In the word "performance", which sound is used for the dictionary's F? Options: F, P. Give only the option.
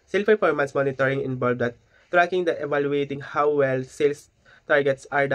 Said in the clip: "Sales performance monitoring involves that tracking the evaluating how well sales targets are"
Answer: P